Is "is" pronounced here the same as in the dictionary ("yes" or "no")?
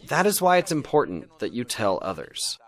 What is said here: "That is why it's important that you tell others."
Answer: yes